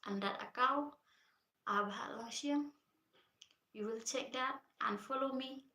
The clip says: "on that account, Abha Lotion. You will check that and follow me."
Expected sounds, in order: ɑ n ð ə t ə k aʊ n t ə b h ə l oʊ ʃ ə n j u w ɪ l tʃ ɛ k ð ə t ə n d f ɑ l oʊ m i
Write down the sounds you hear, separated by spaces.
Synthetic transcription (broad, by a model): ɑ n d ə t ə k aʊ t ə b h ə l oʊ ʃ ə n j u w ɪ l tʃ ɛ k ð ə t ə n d f ɑ l oʊ m i